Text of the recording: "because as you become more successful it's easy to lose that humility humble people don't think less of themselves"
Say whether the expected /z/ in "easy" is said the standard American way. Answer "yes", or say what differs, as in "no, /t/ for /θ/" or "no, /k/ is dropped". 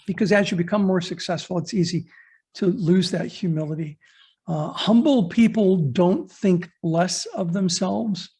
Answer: yes